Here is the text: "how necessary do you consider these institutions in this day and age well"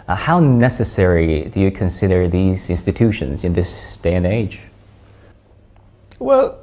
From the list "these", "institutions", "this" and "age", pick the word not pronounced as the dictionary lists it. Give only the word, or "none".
none